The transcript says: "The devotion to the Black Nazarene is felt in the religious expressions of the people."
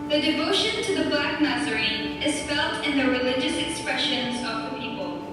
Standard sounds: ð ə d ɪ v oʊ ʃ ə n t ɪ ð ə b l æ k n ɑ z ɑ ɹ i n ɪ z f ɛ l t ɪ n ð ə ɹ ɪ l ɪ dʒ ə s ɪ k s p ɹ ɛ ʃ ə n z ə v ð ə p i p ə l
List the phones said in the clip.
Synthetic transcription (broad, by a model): ð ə d ɪ v oʊ ʃ ə n t ɪ ð ə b l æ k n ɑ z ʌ ɹ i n ɪ z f ɛ l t ɪ n ð ə ɹ ɪ l ɪ dʒ ə s ɪ k s p ɹ ɛ ʃ ə n z ə v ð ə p i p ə l